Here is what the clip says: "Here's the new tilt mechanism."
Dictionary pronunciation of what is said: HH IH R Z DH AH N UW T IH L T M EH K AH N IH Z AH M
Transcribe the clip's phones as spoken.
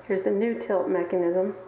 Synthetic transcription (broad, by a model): HH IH R Z DH AH N UW T IH L T M EH K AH N IH Z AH M